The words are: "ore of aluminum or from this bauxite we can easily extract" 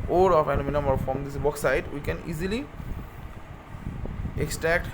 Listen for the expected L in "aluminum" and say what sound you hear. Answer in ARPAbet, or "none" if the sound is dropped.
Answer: N